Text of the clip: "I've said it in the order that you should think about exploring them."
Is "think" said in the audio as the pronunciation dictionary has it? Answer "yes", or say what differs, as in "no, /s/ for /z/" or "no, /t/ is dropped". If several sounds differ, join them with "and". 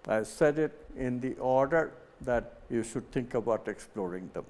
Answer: no, /t/ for /θ/